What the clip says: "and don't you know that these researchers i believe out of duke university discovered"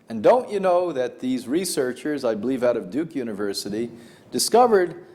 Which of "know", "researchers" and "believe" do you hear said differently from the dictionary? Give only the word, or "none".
none